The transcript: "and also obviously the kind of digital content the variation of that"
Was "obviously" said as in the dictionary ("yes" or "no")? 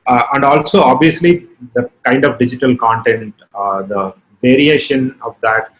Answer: yes